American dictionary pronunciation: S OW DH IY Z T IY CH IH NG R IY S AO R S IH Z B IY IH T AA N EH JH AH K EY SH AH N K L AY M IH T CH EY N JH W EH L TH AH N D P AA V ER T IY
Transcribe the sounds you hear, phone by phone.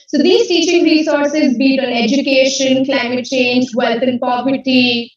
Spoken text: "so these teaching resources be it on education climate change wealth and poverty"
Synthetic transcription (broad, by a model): S OW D IY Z T IY CH IH NG R IY S AO R S IH Z B IY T AA N EH JH AH K EY SH AH N K L AY M IH T CH EY N JH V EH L T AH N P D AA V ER T IY